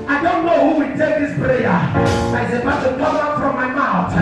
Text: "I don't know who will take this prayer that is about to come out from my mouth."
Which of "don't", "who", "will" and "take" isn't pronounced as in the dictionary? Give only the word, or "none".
will